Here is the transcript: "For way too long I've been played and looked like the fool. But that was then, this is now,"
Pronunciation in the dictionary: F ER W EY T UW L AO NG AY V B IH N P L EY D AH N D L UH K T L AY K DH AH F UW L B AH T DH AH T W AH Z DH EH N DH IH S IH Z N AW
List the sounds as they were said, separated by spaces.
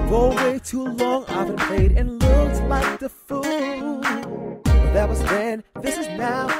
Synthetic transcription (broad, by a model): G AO W EY T UW L AO NG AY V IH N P EY D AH N L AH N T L AY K DH AH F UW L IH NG DH AH T W AH Z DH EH N DH IH S IH Z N AW